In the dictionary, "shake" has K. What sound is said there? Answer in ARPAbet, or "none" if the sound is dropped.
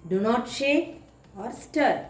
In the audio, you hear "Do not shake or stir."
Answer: none